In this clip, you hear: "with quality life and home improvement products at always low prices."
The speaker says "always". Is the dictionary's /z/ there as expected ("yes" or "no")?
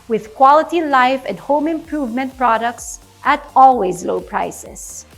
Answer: yes